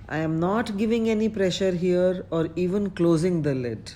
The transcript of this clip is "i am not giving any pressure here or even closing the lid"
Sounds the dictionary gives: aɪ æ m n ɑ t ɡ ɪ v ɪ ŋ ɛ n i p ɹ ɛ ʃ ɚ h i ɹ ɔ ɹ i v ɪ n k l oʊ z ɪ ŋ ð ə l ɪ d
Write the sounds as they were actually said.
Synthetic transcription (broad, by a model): aɪ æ m n ɑ t ɡ ɪ v ɪ ŋ ɛ n i p ɹ ɛ ʃ ɚ h i ɹ ɔ ɹ i v ɪ n k l oʊ z ɪ ŋ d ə l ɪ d